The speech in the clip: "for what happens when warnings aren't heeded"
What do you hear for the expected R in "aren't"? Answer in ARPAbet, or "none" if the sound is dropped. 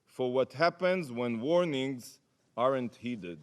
R